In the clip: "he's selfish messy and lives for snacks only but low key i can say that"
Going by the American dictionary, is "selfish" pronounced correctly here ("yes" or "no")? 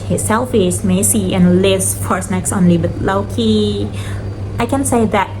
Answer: no